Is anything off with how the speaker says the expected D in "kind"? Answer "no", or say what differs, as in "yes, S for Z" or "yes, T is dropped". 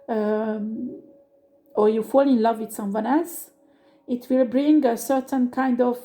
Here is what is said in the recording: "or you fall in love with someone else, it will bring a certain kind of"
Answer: no